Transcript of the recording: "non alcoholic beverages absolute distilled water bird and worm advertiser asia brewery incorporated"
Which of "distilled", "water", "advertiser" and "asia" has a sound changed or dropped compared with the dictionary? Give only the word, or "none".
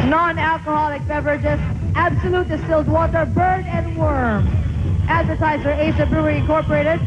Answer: asia